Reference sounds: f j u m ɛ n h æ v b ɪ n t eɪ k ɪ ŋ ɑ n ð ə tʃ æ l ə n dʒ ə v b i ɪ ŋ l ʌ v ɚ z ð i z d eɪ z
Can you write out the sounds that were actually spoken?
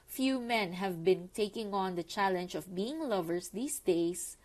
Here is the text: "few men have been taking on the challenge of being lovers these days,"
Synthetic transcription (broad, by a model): f j u m ɛ n h æ v b ɪ n t eɪ k ɪ ŋ ɑ n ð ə tʃ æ l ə n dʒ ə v b i ɪ ŋ l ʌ v ɚ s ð i s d eɪ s